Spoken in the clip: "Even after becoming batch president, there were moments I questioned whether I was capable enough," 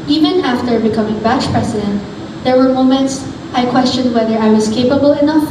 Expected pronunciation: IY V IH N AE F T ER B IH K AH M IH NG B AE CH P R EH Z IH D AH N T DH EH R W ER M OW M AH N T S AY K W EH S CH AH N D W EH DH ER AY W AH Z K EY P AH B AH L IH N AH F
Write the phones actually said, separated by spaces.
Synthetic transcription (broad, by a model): IY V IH N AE F T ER B IH K AH M IH NG B AE CH P R EH S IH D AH N T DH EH R W ER M OW M AH N T S AY K W EH S CH AH N D W EH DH ER AY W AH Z K EY P AH B AH L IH N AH F